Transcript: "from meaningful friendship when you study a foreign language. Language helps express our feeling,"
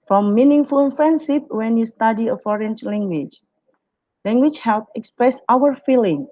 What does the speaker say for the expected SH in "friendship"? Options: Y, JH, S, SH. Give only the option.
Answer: S